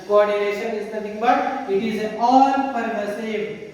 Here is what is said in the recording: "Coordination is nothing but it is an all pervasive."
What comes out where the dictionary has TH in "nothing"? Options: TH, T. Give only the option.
T